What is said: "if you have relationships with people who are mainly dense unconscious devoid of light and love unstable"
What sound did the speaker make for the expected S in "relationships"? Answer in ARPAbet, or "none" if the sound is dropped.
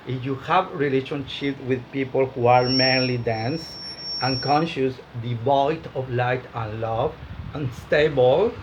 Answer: none